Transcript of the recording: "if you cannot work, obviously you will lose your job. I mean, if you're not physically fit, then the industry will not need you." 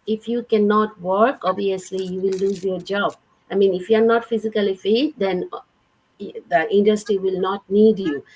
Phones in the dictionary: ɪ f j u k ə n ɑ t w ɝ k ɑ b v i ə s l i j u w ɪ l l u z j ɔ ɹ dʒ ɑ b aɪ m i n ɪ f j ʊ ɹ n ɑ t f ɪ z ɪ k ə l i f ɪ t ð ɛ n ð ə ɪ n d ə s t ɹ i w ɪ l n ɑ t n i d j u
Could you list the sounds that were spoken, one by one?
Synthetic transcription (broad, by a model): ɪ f j u k ə n ɑ t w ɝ k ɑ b i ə s l i j u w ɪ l l u z j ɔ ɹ dʒ ɑ b aɪ m i n ɪ f j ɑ ɹ n ɑ t f ɪ z ɪ k ə l i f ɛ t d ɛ n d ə ɪ n d ə s t ɹ i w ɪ l n ɑ t n i d j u